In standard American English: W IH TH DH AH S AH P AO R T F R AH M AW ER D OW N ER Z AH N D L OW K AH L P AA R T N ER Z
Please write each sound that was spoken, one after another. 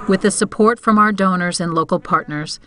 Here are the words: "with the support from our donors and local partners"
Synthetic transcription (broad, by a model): W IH DH AH S AH P AO R T F R AH M AW ER D OW N ER Z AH N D L OW K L P AA R T N ER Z